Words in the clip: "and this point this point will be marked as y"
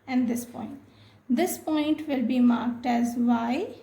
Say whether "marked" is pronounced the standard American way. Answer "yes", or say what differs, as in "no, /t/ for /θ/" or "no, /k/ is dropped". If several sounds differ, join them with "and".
yes